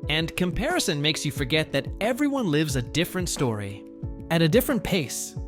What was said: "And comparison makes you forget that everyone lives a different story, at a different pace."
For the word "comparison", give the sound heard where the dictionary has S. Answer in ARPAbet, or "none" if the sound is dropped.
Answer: S